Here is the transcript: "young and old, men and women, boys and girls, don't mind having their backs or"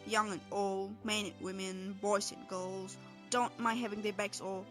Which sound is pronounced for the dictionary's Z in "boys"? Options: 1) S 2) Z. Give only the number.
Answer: 1